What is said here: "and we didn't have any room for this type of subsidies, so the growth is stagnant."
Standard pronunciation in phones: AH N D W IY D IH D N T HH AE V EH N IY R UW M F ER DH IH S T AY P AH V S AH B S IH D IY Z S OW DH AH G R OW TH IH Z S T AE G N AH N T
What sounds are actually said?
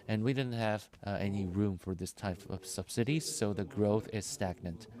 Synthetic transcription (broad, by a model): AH N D W IY D IH D N T HH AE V EH N IY R UW M F ER DH IH S T AY P AH V S AH B S IH D IY Z S OW DH AH G R OW TH IH Z S T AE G N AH N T